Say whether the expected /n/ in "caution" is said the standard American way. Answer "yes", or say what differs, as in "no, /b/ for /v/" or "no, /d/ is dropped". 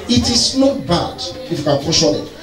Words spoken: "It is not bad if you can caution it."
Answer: no, /l/ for /n/